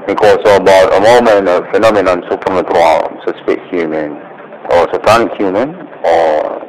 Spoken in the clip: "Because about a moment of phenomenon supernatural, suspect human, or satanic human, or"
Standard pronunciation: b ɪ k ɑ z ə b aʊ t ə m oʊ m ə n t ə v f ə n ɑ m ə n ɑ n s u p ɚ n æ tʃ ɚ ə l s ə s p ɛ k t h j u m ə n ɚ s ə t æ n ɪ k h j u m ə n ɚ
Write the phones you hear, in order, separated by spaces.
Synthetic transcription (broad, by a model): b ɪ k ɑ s ə b aʊ t ə m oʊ m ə n ə f ə n ɑ m ə n ɑ n s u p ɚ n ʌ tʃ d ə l s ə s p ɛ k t h j u m ə n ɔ s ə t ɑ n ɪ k h j u m ə n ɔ